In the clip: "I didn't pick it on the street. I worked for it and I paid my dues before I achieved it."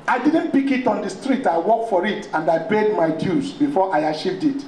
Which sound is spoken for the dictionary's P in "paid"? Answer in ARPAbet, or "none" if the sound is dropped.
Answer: B